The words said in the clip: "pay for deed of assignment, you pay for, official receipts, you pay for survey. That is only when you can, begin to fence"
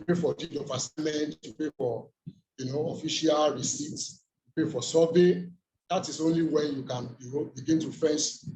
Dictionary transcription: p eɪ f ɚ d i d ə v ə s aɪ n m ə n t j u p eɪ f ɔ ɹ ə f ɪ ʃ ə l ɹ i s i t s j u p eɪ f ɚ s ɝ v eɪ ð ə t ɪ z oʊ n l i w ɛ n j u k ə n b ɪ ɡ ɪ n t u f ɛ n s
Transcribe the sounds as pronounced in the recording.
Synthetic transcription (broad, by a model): p eɪ f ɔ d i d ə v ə s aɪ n m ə n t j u p eɪ f ɔ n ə f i ʃ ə l ɹ i s i t s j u p eɪ f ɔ s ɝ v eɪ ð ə t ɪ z oʊ n l i w ɛ n j u k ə n b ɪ ɡ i n t u f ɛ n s